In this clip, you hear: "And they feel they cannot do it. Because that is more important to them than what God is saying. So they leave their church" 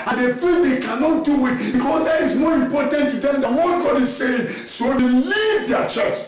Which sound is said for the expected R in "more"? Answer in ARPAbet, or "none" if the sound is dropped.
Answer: R